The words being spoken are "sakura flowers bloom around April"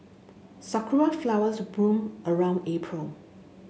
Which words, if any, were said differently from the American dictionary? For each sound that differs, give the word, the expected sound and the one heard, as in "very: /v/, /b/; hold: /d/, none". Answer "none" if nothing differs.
bloom: /l/, none